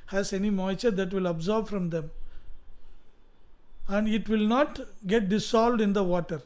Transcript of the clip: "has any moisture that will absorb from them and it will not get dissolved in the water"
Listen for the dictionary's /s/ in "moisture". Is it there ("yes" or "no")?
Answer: no